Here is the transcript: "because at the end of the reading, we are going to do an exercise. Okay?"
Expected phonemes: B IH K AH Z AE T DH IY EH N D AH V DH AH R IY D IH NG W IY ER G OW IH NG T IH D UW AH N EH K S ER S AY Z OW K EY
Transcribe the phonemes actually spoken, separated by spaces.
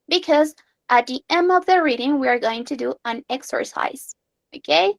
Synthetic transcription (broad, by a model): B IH K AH Z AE T DH IY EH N AH V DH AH R IY D IH NG W IY ER G OW IH NG T IH D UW AH N EH K S ER S AY Z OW K EY